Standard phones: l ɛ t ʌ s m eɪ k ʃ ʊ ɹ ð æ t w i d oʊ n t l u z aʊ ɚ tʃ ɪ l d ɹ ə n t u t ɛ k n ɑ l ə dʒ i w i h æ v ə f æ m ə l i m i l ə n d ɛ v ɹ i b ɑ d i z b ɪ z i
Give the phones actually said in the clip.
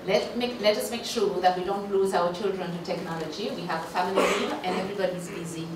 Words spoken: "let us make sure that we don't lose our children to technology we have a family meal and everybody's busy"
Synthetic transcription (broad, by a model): l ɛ t ʌ s m eɪ k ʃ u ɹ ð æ t w i d oʊ n t l u z aʊ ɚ tʃ ɪ l d ɹ ə n t u t ɛ k n ɑ l ə dʒ i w i h æ v ə f æ m ə l i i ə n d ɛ v ɹ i b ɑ d i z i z i